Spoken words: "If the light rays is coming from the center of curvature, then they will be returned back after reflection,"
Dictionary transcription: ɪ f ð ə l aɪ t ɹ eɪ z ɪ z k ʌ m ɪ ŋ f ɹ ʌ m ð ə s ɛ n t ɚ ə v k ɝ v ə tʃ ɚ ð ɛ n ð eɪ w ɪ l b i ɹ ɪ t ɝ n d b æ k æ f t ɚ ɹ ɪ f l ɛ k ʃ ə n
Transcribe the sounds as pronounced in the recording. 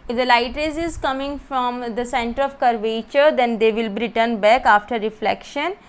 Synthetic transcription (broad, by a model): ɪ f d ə l aɪ t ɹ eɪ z ɪ z k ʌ m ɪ ŋ f ɹ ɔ m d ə s ɛ n t ɚ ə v k ɝ v ə tʃ ɚ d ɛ n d eɪ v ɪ l b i ɹ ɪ t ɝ n b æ k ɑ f t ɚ ɹ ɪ f l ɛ k ʃ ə n